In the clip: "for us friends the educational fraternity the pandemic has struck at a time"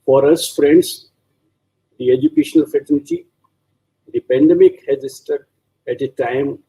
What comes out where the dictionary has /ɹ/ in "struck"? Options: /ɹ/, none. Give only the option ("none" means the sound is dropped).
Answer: none